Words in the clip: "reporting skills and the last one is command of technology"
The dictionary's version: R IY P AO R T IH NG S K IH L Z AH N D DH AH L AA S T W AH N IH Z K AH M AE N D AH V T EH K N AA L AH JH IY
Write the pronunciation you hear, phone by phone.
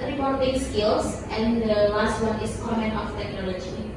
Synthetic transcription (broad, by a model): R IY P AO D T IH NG S K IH L S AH N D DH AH L AA S T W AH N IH S K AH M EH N AH F T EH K N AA L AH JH IY